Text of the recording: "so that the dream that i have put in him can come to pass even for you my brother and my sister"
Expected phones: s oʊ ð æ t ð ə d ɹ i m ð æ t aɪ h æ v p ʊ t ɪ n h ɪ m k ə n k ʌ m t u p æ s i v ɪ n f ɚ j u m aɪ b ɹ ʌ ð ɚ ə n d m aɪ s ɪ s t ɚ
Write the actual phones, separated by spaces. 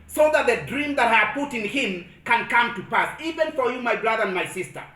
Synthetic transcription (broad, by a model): s oʊ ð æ t ð ə d ɹ i m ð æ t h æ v p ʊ t ɪ n h ɪ m k ə n k ʌ m t u p æ s i v ɪ n f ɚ j u m aɪ b ɹ ʌ ð ɚ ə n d m aɪ s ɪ s t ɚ